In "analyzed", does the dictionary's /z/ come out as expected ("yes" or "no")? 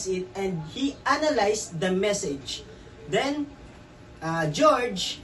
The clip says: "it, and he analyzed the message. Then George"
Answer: no